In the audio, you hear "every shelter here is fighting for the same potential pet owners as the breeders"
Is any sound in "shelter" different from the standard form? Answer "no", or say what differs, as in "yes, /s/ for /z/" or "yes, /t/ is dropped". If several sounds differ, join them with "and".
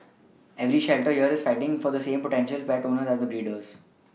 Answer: no